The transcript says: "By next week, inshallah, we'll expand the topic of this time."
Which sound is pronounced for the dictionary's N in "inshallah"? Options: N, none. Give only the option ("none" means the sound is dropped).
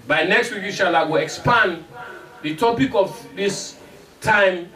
none